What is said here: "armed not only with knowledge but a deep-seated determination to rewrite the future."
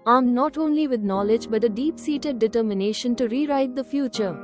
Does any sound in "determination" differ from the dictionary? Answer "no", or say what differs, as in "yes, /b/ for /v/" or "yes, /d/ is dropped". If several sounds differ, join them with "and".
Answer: no